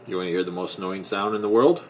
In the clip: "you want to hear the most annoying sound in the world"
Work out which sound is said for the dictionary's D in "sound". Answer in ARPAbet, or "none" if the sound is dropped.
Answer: D